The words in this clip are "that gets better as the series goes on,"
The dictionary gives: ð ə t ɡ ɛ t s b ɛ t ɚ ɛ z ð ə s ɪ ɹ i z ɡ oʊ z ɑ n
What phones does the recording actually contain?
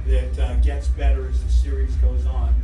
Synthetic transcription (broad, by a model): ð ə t ɡ ɛ t s b ɛ t ɚ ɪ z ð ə s ɪ ɹ i z ɡ oʊ z n